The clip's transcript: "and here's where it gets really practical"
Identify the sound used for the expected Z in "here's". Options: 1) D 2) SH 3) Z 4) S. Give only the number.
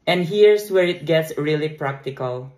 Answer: 4